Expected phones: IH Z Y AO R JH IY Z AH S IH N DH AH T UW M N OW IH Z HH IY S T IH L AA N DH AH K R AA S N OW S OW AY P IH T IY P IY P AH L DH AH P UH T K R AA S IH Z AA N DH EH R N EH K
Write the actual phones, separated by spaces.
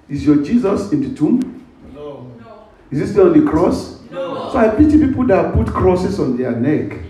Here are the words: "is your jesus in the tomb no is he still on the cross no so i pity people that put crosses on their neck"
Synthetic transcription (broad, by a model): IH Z Y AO JH IY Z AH S IH N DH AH T UW M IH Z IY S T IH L AA N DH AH K R AA S S OW AY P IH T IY P IY P AH L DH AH P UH T K R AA S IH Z AA N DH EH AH N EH K